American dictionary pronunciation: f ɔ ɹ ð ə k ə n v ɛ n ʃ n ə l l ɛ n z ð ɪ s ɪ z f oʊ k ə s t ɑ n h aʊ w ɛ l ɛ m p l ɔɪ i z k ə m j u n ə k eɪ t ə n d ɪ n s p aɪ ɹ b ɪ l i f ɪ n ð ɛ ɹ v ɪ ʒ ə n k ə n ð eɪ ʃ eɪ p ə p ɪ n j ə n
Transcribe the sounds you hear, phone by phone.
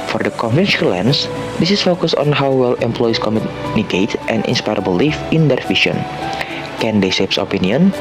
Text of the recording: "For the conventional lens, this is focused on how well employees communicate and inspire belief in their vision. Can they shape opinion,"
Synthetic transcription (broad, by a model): f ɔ ɹ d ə k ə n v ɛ n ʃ ə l l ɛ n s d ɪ s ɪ s f oʊ k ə s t ɑ n h aʊ w ɛ l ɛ m p l ɔɪ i s k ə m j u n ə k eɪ t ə n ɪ n s p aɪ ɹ b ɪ l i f ɪ n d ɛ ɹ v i ʃ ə n k ə n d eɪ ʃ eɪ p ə p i n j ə n